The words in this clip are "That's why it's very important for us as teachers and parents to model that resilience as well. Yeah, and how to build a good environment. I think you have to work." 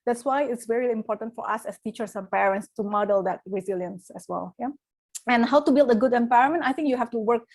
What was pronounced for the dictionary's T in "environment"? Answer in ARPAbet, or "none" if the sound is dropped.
none